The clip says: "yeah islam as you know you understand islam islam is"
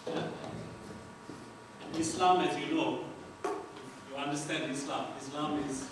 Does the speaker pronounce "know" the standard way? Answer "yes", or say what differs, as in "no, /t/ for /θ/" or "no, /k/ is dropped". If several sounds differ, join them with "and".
no, /l/ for /n/